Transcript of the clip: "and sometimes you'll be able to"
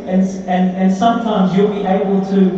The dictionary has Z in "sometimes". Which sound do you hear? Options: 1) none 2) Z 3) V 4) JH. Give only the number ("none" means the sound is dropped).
2